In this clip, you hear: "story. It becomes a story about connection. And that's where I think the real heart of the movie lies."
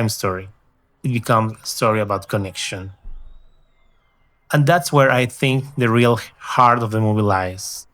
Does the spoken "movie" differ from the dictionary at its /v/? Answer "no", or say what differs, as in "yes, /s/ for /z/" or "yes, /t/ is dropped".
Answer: yes, /b/ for /v/